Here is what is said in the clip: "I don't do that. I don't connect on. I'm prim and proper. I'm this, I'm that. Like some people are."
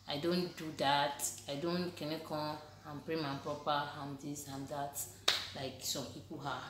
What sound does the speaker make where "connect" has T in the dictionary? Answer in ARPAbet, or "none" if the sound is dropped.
none